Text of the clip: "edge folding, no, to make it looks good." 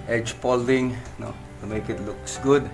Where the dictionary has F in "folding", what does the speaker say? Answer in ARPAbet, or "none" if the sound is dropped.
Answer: P